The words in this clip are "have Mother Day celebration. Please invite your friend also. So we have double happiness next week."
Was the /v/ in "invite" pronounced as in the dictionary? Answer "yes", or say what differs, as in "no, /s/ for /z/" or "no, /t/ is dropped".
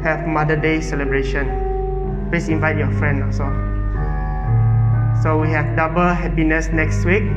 yes